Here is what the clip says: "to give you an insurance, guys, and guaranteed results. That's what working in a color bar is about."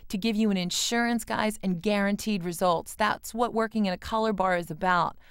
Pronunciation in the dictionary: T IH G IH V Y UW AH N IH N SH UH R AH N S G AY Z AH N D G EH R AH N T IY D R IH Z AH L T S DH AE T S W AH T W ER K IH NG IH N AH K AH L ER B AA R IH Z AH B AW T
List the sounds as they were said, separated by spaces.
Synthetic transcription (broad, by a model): T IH G IH V Y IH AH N IH N SH UH R AH N S G AY Z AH N G EH R AH N T IY D R IH Z AH L T S DH AE T S W AH T W ER K IH NG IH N AH K AH L ER B AA R IH Z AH B AW T